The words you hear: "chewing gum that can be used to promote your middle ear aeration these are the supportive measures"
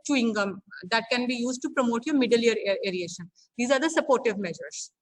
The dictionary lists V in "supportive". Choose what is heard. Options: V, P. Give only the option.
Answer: V